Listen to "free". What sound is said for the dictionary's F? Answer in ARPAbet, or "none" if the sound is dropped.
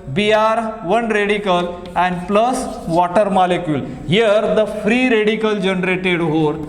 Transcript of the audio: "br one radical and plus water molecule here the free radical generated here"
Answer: F